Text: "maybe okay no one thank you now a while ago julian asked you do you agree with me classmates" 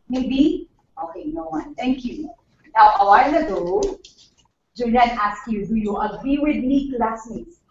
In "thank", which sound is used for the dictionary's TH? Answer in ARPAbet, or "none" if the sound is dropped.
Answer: T